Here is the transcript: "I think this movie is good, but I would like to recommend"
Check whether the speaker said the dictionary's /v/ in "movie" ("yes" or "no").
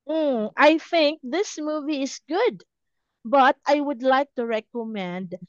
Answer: yes